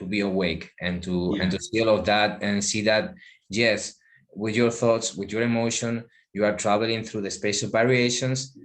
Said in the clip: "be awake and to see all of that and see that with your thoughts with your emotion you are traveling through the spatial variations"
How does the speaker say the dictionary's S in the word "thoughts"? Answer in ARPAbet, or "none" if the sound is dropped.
S